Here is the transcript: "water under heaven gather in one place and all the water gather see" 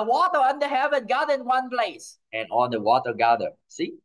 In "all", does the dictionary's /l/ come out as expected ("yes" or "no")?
no